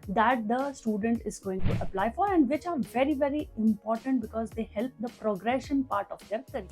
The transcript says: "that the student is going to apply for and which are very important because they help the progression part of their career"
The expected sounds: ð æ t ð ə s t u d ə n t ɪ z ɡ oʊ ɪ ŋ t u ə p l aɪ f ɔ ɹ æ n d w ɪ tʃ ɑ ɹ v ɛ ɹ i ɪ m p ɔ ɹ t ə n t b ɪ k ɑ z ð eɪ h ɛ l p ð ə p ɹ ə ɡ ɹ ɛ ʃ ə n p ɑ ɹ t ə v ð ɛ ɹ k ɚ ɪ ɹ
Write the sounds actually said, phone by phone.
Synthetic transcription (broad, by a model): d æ t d ə s t u d ə n t ɪ z ɡ oʊ ɪ ŋ t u ə p l aɪ f ɔ ɹ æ n d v ɪ tʃ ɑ ɹ v ɛ ɹ i ɪ m p ɔ ɹ t ə n t b ɪ k ɑ z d eɪ h ɛ l p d ə p ɹ ə ɡ ɹ ɛ ʃ ə n p ɑ ɹ t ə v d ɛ ɹ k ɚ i